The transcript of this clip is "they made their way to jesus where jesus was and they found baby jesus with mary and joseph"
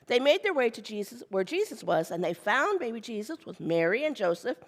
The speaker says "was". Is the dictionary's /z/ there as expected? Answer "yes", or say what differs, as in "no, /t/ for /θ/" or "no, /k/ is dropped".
yes